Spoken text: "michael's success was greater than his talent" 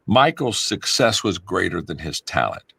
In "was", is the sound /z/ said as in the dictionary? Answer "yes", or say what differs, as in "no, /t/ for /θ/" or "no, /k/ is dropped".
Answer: yes